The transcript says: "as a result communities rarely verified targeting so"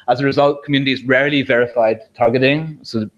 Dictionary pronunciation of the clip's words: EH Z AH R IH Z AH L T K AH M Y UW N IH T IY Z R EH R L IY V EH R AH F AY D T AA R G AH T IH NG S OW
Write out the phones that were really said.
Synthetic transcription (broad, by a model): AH Z AH R IH Z AH L T K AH M Y UW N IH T IY Z R EH R L IY V EH R AH F AY D T AA R G AH T IH NG S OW